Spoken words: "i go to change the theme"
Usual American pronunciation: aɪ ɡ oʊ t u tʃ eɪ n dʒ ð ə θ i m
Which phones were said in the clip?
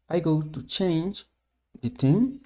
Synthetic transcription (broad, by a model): aɪ ɡ oʊ t u tʃ eɪ n dʒ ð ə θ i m